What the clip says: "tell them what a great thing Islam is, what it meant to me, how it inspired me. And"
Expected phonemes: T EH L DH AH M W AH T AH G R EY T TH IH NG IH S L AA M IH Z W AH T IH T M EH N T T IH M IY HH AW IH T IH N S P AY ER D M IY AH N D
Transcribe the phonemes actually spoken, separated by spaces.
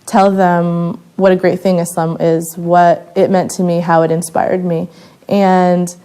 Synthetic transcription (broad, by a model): T EH L DH AH M W AH T AH G R EY T TH IH NG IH S AH M IH Z W AH T IH T M EH N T T IH M IY HH AW IH T IH N S P AY ER D M IY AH N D